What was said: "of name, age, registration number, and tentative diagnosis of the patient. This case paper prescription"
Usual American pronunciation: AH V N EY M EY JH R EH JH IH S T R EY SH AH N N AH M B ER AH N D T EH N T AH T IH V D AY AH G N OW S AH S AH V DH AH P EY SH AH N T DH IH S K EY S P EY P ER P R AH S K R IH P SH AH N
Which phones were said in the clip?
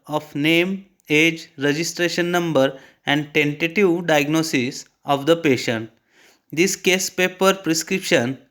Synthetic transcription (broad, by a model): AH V N EY M EY JH R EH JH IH S T R EY SH AH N N AH M B ER AH N D T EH N T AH T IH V D AY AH G N OW S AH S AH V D AH P EY SH AH N T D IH S K EY S P EY P ER P R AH S K R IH P SH AH N